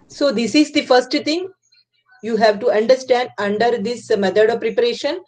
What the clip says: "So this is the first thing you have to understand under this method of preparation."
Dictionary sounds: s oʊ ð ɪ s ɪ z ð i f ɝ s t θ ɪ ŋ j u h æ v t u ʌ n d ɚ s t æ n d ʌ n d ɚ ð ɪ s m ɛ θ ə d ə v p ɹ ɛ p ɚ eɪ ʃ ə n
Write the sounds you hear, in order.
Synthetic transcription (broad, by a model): s oʊ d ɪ s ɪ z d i f ɝ s t t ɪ ŋ j u h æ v t u ʌ n d ɚ s t æ n d ʌ n d ɚ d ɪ s m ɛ t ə d ə v p ɹ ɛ p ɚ eɪ ʃ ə n